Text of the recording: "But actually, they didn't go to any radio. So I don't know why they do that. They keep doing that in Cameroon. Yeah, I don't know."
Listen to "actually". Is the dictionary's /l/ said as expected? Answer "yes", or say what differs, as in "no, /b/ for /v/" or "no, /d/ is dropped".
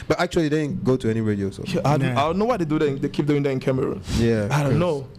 no, /l/ is dropped